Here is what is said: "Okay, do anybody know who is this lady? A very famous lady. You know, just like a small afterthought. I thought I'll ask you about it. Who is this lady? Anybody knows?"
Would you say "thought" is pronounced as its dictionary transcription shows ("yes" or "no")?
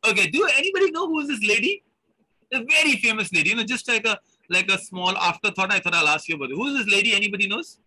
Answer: no